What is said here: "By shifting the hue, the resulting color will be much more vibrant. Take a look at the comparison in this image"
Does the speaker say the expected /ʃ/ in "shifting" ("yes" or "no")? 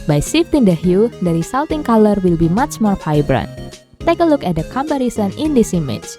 no